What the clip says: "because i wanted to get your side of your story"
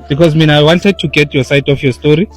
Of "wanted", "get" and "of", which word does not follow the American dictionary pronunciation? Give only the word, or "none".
of